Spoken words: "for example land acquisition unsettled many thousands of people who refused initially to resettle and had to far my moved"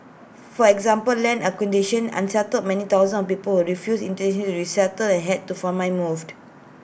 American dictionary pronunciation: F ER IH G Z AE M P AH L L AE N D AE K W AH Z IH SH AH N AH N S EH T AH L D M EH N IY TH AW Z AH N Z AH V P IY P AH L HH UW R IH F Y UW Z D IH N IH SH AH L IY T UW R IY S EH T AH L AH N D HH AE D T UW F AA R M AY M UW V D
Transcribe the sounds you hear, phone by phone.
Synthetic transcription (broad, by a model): F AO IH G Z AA M P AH L L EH N AH K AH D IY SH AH N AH N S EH T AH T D M EH N IY T AW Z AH N AH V P IY P AH L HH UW R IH F Y UW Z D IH N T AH N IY T UW R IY S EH T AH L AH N HH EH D T UW F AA M AY M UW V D